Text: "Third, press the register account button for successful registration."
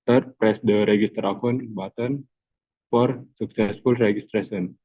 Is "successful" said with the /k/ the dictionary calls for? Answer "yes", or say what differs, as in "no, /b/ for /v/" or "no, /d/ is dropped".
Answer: yes